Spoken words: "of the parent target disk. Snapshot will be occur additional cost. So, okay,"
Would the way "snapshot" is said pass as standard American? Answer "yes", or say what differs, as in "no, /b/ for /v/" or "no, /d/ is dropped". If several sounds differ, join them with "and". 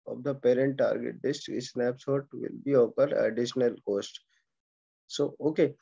no, /s/ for /ʃ/